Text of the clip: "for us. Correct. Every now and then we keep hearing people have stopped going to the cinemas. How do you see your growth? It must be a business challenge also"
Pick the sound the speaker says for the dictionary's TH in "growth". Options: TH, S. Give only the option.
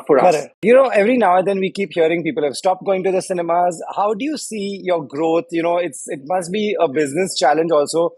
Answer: S